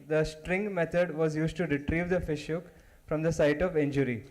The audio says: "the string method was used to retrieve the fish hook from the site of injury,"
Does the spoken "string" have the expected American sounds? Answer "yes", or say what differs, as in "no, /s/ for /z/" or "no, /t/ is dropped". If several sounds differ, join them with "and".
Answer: yes